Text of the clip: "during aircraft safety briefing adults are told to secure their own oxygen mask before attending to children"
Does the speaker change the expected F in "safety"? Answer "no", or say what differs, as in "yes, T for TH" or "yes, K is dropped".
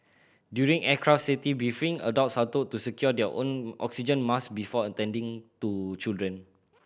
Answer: yes, F is dropped